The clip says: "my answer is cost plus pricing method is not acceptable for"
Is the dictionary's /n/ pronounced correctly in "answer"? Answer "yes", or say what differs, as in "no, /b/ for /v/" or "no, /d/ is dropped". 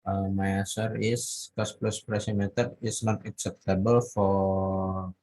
no, /n/ is dropped